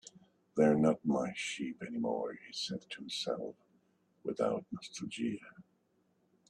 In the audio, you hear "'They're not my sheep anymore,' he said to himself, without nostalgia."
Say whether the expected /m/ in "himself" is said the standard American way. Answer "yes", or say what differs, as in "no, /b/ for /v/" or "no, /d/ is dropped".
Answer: no, /m/ is dropped